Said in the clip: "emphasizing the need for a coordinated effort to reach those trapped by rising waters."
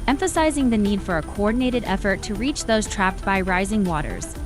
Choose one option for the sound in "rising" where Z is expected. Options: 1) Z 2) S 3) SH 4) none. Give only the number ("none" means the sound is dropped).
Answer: 1